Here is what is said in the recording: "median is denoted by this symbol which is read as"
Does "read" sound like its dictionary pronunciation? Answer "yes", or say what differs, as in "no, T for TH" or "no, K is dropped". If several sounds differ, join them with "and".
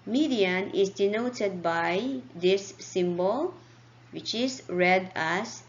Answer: yes